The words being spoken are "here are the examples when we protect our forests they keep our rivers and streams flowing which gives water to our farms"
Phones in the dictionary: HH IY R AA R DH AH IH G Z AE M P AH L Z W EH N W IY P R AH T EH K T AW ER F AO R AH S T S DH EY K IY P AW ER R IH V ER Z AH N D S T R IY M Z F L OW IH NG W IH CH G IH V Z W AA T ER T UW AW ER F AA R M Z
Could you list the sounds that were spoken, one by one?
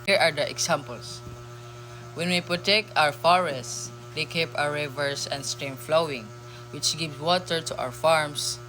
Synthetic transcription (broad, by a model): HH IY R AA R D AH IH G S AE M P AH L S W EH N W IY P R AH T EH K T AW ER F AO R AH S T S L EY K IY P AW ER R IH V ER S AH N D S T R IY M F L OW IH NG W IH CH G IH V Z W AA T ER T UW AW ER F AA R M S